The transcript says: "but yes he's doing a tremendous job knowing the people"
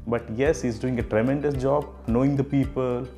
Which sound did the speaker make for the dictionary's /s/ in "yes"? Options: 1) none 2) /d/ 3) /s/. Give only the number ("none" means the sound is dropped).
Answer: 3